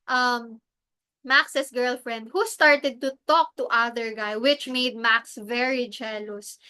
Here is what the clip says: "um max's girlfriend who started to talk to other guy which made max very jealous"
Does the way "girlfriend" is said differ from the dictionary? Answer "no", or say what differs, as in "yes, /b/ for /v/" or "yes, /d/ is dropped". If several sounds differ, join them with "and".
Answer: no